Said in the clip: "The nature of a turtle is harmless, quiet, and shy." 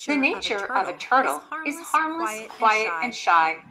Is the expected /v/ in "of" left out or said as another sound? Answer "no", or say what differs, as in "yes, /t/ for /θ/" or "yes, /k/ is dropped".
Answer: no